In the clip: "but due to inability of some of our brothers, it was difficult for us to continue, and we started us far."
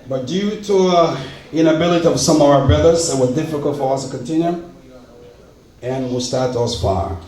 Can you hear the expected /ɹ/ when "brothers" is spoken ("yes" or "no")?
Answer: no